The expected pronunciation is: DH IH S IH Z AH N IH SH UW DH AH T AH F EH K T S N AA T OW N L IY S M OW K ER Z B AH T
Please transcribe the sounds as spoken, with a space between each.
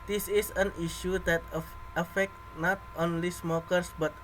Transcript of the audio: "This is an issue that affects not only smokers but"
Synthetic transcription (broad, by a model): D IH S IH S AH N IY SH UW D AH T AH F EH K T N AA T OW N L IY S M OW K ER S B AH T